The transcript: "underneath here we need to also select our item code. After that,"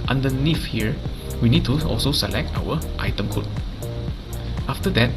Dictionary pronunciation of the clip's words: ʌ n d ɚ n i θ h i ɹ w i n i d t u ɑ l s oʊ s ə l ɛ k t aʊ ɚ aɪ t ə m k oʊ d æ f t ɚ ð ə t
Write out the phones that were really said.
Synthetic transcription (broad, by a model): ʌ n d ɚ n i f h i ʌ w i n i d t u ɑ l s oʊ s ə l ɛ k t aʊ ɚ aɪ t ə m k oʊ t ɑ f t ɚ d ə t